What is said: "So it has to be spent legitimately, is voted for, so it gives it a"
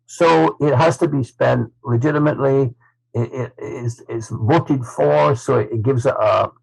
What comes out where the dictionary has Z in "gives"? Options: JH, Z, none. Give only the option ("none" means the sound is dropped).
Z